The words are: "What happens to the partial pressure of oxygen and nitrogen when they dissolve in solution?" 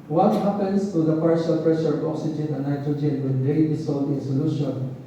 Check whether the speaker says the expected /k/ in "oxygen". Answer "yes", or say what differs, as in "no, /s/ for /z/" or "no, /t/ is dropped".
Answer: yes